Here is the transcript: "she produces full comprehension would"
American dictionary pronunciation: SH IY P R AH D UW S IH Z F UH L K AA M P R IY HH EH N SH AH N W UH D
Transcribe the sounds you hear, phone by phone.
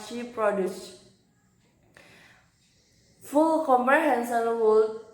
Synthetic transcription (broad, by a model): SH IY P R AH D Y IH S F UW L K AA M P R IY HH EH N S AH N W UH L